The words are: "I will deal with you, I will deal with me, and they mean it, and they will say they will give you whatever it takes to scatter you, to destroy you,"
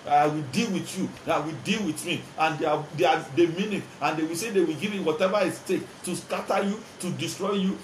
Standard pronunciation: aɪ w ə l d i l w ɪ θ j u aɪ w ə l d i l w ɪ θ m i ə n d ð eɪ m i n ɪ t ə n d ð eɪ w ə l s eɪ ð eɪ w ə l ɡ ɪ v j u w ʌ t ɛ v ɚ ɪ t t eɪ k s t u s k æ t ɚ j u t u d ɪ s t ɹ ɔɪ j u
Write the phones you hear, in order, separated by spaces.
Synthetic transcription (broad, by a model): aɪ w ə l d i l w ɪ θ j u aɪ w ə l d i l w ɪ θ m i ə n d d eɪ m i n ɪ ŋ ə n d eɪ w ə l s eɪ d eɪ w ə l ɡ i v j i w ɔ t ɛ v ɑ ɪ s t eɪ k t u s k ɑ t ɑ j u t u d ɪ s t ɹ ɔɪ j u